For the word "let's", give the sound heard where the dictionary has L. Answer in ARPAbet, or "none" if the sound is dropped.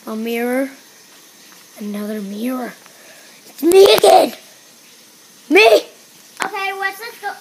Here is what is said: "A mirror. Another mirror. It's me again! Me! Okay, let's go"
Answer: W